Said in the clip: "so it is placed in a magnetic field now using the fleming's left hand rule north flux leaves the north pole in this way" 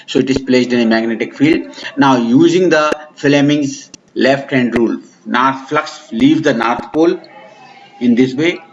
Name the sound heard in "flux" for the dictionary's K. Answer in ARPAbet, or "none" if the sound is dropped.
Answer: K